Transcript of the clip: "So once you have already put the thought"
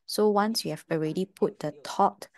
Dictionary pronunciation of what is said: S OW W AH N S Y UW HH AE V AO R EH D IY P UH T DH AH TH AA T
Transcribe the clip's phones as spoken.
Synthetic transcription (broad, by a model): S OW W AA N S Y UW HH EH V AO R EH D IY P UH T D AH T AA T